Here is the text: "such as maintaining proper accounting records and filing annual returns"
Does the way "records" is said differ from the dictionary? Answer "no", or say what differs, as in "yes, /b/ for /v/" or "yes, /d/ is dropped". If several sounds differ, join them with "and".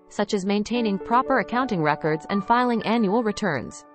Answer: no